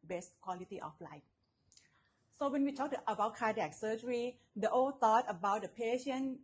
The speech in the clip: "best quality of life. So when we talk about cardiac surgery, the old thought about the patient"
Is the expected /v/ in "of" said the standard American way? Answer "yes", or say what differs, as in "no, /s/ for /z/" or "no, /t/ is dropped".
no, /f/ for /v/